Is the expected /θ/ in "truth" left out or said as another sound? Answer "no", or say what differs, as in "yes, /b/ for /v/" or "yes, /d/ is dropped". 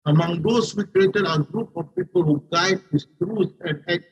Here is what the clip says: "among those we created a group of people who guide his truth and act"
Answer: yes, /s/ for /θ/